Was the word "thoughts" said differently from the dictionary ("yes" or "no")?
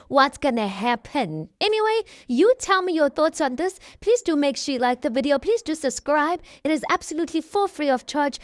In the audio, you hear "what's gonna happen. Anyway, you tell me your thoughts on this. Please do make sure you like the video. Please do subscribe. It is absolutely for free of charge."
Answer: no